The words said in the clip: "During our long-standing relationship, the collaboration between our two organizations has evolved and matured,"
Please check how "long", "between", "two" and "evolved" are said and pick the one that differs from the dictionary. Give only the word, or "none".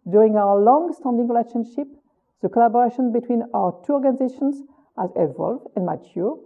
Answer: evolved